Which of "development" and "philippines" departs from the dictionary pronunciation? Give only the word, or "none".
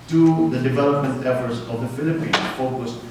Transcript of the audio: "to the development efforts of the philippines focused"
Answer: philippines